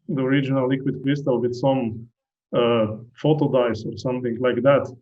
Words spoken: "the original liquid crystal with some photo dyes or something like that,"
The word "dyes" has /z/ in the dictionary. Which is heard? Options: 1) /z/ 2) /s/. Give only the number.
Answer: 2